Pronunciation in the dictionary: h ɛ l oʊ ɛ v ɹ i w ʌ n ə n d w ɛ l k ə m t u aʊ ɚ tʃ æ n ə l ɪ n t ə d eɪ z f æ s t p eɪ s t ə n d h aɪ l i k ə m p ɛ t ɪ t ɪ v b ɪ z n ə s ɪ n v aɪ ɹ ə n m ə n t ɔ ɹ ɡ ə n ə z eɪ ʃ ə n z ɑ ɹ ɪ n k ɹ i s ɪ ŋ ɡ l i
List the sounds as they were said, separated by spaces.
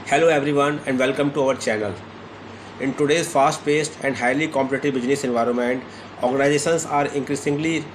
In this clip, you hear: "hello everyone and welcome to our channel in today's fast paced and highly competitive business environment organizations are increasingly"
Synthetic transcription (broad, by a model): h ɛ l oʊ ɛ v ɹ i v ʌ n ə n d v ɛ l k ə m t u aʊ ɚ tʃ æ n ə l ɪ n t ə d eɪ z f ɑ s t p eɪ s t ə n d h aɪ l i k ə m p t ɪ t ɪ b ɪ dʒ n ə s ɪ n v aɪ ɹ ə n m ə n t ɔ ɹ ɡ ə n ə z eɪ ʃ ə n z ɑ ɹ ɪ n k ɹ i s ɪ ŋ ɡ l i